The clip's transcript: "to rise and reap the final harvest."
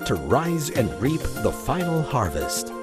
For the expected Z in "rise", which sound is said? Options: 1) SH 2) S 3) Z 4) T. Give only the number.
3